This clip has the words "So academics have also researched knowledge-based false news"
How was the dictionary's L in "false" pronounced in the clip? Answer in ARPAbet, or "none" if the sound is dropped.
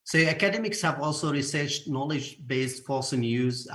none